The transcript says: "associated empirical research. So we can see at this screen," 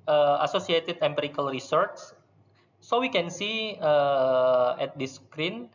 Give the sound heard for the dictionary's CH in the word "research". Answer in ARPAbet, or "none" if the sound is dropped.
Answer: S